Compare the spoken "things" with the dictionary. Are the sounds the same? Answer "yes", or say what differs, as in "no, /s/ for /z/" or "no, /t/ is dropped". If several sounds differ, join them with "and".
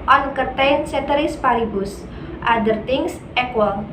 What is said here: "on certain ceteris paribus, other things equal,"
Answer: no, /t/ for /θ/ and /s/ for /z/